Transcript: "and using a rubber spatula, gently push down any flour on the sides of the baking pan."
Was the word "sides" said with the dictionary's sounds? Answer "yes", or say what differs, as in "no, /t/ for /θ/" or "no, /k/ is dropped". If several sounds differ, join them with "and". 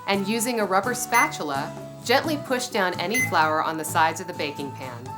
yes